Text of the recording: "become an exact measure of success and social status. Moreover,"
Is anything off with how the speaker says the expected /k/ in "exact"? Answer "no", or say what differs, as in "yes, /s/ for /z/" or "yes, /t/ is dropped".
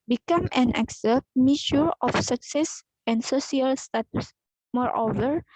yes, /k/ is dropped